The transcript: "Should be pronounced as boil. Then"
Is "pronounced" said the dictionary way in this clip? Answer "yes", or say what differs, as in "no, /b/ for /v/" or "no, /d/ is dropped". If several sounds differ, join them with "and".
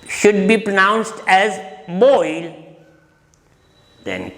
yes